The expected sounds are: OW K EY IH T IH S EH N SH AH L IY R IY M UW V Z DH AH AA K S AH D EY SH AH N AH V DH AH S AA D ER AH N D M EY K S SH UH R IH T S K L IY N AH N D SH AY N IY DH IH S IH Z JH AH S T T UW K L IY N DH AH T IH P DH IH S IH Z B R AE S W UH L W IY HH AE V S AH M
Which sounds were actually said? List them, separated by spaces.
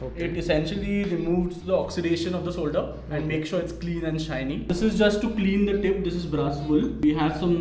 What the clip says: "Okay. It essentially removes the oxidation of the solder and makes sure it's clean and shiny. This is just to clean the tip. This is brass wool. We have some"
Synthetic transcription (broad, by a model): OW IH T IH S EH N SH AH L IY R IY M UW V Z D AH AA K S AH D EY SH AH N AH V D AH S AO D ER AH N D M EY K SH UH R IH T S K L IY N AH N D SH AY N IY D IH S IH Z JH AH S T T UW K L IY N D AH T IH P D IH S IH Z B R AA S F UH L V IY HH AE V S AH M